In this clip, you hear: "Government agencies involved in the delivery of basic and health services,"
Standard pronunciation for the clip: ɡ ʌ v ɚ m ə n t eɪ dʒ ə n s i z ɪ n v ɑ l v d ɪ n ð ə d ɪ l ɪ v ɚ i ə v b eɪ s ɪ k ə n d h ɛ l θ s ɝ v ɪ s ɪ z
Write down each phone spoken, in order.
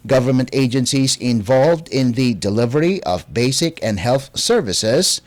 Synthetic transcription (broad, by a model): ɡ ʌ v ɚ m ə n t eɪ dʒ ə n s i z ɪ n v ɑ l v d ɪ n ð ə d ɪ l ɪ v ɚ i ə v b eɪ s ɪ k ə n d h ɛ l θ s ɝ v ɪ s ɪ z